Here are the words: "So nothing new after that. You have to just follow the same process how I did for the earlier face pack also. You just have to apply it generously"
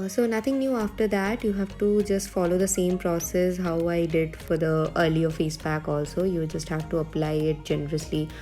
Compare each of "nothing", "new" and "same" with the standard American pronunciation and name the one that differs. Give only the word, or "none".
nothing